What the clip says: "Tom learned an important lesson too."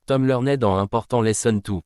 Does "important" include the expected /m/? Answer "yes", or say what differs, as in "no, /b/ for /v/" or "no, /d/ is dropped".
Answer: no, /m/ is dropped